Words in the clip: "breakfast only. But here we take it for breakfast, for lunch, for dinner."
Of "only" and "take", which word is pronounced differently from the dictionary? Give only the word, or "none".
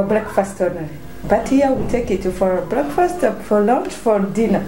only